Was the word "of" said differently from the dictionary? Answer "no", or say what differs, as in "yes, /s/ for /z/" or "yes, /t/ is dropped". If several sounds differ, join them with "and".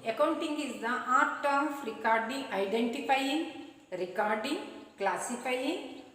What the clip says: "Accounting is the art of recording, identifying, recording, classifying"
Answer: yes, /f/ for /v/